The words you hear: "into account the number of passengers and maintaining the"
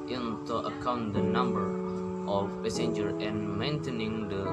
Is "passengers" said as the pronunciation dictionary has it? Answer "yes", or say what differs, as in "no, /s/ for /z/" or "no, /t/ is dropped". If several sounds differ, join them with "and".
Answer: no, /z/ is dropped